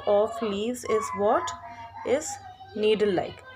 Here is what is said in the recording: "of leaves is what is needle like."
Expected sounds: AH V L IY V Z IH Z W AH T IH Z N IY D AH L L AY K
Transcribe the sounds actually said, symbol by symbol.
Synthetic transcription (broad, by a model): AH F L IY Z IH Z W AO T IH Z N IY D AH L L AY K